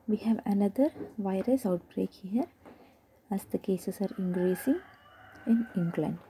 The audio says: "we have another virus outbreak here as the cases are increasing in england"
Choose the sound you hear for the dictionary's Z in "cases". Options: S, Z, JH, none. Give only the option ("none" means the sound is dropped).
S